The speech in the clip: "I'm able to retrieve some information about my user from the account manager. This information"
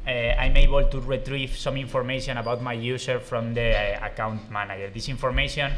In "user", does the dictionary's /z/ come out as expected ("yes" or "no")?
no